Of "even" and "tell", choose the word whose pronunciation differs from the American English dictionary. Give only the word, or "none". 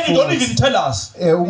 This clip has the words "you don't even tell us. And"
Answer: none